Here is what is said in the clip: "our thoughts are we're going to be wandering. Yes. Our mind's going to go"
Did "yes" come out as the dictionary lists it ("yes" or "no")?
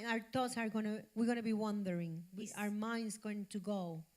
no